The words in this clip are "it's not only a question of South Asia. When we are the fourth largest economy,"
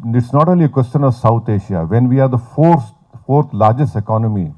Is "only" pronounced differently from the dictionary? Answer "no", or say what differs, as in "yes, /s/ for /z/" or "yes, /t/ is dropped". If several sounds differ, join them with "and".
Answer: yes, /n/ is dropped